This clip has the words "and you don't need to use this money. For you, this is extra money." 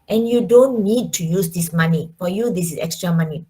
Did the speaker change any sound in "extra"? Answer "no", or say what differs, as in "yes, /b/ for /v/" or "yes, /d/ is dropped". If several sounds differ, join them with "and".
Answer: no